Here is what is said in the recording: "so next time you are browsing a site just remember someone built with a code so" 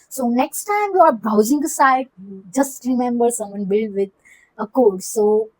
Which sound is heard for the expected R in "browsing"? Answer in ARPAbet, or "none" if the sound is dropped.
none